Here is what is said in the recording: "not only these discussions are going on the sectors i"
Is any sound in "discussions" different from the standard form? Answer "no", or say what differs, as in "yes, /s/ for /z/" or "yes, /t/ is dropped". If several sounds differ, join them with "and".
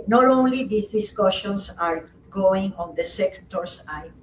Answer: yes, /s/ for /z/